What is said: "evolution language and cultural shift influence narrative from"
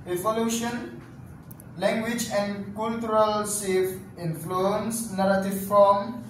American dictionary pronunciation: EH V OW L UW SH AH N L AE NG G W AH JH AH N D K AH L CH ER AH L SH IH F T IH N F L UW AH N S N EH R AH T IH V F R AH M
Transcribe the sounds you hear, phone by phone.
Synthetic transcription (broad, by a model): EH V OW L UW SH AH N L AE NG G W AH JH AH N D K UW L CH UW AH L S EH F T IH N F L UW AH N S N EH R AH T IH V F R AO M